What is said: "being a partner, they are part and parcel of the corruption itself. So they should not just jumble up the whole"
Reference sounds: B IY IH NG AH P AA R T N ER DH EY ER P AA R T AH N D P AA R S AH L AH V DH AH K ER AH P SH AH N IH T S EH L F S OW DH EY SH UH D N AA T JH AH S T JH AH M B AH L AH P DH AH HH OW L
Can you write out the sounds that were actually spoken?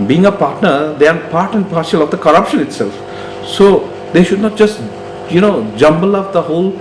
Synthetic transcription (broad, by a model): B IY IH NG AH P AA R T N ER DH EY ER P AA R T AH N D P AA R SH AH L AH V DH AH K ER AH P SH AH N IH T S EH L F S OW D EY SH UH D N AA T JH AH S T JH AH M B AH L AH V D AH HH OW L